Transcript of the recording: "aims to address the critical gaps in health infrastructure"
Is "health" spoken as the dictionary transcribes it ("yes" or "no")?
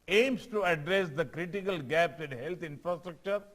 no